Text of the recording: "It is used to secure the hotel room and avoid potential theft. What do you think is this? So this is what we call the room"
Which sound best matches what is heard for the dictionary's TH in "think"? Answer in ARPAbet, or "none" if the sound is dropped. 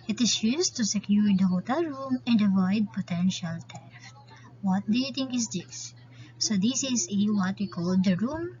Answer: T